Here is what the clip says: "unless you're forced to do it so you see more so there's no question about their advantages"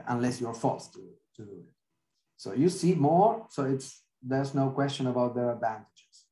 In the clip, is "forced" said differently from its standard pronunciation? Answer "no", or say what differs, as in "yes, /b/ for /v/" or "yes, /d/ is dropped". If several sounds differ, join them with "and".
yes, /l/ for /ɹ/